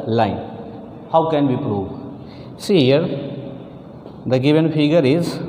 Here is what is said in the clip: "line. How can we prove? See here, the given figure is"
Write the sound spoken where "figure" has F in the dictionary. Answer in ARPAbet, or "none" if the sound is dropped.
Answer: P